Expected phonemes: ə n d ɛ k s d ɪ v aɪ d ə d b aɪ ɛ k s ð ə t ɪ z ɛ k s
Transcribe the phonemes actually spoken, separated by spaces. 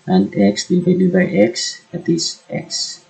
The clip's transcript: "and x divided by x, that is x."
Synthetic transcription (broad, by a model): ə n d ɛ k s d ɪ b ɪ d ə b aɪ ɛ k s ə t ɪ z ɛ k s